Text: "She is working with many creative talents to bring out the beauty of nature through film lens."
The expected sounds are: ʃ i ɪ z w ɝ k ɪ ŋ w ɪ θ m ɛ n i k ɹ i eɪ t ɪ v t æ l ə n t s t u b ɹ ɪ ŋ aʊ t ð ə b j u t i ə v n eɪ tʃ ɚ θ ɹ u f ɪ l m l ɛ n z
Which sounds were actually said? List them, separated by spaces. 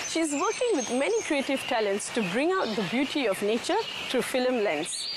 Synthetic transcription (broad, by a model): ʃ i ɪ z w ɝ k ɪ ŋ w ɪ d m ɛ n i k ɹ i eɪ t ɪ v t æ l ə n t s t u b ɹ ɪ ŋ aʊ t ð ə b j u t i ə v n eɪ tʃ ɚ t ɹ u f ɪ l m l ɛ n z